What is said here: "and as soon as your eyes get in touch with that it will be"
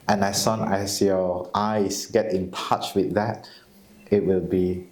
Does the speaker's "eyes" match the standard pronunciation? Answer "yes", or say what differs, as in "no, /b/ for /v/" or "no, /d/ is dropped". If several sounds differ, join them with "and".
no, /s/ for /z/